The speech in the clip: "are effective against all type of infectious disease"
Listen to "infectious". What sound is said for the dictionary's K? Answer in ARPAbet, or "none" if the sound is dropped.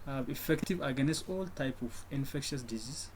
K